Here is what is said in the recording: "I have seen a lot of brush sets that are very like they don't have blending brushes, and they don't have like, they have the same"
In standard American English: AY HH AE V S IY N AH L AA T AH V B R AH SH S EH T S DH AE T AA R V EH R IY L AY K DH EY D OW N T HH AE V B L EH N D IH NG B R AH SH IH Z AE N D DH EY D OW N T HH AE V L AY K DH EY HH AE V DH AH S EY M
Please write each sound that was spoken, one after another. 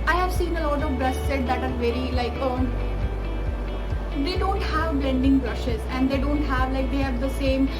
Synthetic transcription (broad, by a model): AY HH AE V S IY N AH L AA T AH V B R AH S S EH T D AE T AA R V EH R IY L AY K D EY D OW N T HH AE V B L EH N D IH NG B R AH SH IH Z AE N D EY D OW N T HH AE V L AY K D EY HH AE V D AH S EY M